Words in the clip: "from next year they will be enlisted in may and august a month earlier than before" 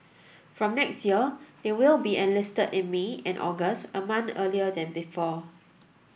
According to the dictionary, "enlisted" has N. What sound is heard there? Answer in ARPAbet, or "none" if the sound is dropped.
N